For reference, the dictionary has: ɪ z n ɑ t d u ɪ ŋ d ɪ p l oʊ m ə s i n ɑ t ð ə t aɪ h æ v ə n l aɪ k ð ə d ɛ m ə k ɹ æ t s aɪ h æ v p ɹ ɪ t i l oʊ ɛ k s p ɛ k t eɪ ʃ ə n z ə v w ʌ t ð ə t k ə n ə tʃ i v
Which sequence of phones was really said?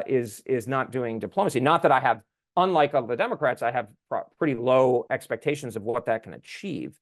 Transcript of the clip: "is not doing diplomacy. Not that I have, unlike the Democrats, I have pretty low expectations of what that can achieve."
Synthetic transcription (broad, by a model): ɪ z n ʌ t d u ɪ ŋ d ɪ p l oʊ m ə s i n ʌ t ð ə t aɪ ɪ v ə n l aɪ k ð ə d ɛ m ə k ɹ æ t s aɪ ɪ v p ɹ ɪ t i l oʊ ɛ k s p ɛ k t eɪ ʃ ə n z ə v w ʌ t ð ə t k ə n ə tʃ i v